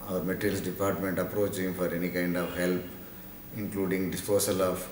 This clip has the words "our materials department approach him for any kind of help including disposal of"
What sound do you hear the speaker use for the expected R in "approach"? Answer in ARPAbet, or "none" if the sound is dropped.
R